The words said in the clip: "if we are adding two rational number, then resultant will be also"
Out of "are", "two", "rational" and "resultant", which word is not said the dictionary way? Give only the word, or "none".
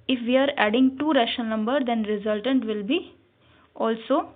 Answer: rational